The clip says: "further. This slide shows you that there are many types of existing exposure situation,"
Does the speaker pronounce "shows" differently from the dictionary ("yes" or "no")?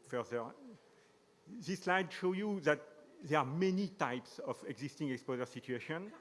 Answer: yes